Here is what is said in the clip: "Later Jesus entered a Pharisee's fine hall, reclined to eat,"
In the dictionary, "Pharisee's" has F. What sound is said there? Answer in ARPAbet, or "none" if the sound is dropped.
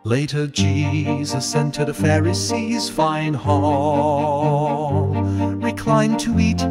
F